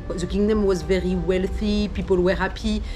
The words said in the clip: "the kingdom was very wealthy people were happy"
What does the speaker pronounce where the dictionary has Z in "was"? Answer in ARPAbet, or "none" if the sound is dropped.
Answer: Z